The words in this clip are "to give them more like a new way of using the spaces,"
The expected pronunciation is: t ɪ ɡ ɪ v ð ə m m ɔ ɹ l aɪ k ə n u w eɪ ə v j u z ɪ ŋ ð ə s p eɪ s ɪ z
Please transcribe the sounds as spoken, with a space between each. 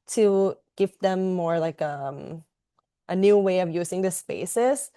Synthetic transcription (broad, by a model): t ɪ ɡ ɪ v ð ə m m ɔ ɹ l aɪ k ə n u w eɪ ə v j u z ɪ ŋ ð ə s p eɪ s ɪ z